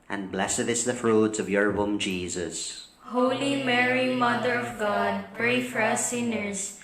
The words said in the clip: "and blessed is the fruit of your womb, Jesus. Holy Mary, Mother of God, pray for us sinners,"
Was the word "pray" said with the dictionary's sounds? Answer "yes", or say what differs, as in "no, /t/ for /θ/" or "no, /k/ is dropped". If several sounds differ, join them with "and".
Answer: yes